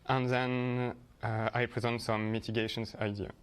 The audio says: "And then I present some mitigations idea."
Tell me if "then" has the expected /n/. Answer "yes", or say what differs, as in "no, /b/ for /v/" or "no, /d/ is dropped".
yes